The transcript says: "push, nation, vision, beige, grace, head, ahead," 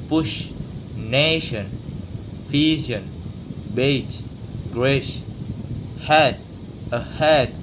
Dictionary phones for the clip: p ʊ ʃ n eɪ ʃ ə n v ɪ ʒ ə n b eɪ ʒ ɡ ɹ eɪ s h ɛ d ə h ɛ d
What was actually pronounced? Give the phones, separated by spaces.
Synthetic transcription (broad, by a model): p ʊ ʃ n eɪ ʃ ə n f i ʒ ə n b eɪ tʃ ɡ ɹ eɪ ʃ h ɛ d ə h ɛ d